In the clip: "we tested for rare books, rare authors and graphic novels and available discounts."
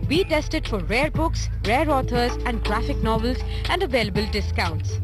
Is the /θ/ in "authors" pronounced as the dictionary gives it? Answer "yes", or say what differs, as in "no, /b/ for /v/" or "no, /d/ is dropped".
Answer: no, /t/ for /θ/